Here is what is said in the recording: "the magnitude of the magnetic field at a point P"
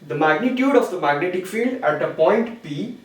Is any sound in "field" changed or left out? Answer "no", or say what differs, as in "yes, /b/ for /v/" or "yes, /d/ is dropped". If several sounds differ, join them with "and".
no